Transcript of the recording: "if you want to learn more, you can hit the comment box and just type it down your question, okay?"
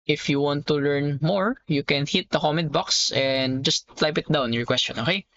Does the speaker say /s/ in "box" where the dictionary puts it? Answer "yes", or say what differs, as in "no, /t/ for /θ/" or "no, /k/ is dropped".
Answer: yes